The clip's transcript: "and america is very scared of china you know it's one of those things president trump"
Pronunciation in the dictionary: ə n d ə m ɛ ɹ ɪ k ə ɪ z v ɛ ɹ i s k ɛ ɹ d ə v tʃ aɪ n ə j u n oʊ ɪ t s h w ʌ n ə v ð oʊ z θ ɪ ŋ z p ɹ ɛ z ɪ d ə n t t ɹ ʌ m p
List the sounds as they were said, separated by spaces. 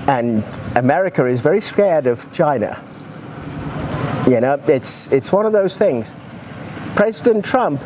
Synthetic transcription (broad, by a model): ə n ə m ɛ ɹ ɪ k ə ɪ z v ɛ ɹ i s k ɛ ɹ d ə v tʃ aɪ n ə j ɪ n oʊ ɪ t s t w ʌ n ə v ð oʊ z θ ɪ ŋ z p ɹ ɛ z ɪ d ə n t t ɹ ʌ m p